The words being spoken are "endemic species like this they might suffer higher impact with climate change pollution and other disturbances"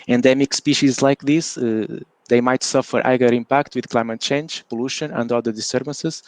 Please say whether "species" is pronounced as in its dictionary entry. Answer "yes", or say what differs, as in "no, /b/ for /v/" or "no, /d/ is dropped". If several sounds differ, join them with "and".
yes